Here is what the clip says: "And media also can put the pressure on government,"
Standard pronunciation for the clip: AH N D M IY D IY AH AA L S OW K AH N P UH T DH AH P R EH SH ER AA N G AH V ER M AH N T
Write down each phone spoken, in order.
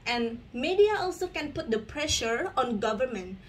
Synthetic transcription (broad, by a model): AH N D M IY D IY AH AA L S OW K AH N P UH T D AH P R EH SH ER AA N G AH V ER M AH N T